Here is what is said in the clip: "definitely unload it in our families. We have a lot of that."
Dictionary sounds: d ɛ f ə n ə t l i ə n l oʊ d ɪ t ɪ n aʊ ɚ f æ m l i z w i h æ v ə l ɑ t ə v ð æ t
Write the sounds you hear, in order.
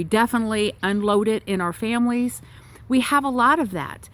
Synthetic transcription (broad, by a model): d ɛ f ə n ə t l i ə n l oʊ d ɪ t ɪ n aʊ ɚ f æ m l i z w i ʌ v ə l ɑ t ə v ð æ t